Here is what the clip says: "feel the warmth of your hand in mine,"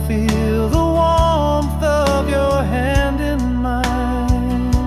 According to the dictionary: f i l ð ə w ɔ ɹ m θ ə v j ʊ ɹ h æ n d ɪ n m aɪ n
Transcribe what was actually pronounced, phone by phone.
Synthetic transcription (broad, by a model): f i l ð ə w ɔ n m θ ə v j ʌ ɹ h æ n d ɪ n m aɪ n